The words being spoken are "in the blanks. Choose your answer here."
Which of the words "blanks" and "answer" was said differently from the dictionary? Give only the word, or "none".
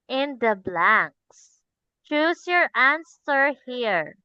none